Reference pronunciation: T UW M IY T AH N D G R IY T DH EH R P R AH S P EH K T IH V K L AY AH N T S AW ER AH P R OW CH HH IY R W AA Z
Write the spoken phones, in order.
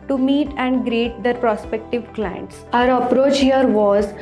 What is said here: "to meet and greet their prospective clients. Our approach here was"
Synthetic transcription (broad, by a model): T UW M IY T AH N D G R IY T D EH R P R AH S P EH K T IH V K L AY AH N T S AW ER AH P R OW CH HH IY R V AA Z